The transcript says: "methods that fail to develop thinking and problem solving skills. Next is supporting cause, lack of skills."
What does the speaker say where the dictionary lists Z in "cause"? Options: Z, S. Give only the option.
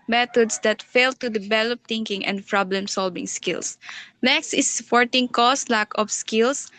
S